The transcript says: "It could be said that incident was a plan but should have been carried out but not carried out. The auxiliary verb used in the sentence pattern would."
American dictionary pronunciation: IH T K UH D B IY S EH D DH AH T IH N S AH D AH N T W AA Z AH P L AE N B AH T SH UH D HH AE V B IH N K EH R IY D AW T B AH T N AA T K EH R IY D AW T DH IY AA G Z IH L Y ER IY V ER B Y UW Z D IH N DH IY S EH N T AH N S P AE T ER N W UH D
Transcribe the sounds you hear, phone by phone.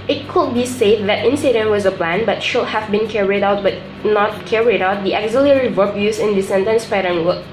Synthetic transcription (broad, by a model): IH T K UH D B IY S EH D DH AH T IH N S AH D AH N T W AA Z AH P L AE N B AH T SH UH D HH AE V B IH N K EH R IY D AW T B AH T N AA T K EH R IY D AW T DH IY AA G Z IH L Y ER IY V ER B Y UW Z IH N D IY S EH N T AH N S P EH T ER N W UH